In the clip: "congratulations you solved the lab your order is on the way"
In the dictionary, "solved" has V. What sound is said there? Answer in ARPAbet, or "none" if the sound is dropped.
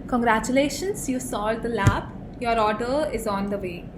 none